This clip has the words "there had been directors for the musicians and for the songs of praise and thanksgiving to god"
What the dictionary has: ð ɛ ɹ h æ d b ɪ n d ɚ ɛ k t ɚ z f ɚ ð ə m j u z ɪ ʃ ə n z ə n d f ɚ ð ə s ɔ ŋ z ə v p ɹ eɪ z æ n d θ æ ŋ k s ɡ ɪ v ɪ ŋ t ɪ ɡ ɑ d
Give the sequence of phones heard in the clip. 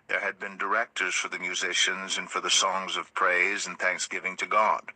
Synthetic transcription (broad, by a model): ð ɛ ɹ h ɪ d b ɪ n d ɚ ɛ k t ɚ z f ɚ ð ə m j u z ɪ ʃ ə n z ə n f ɚ ð ə s ɔ ŋ z ə v p ɹ eɪ z n θ æ ŋ k s ɡ ɪ v ɪ ŋ t ɪ ɡ ɑ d